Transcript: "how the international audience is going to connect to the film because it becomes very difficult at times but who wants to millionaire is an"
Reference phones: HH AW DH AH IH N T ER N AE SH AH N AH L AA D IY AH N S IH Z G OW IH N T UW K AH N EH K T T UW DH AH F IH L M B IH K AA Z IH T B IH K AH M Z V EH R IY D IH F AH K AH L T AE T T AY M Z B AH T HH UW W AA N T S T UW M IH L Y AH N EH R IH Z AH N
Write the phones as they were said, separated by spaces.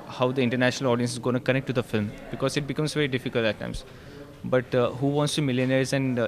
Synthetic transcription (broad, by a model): HH AW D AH IH N T ER N AE SH AH N AH L AA D IY AH N S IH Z G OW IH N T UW K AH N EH K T T UW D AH F IH L M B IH K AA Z IH T B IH K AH M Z V EH R IY D IH F AH K AH L T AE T T AY M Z B AH T HH UW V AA N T S T UW M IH L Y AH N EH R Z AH N